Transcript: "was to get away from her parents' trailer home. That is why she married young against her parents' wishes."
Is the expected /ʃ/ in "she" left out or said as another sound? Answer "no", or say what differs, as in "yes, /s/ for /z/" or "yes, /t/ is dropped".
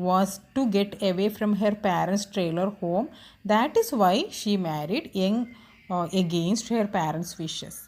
no